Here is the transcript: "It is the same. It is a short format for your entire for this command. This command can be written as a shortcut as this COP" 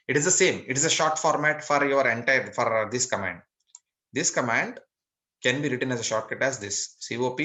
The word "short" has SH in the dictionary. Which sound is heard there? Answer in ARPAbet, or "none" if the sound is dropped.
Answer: SH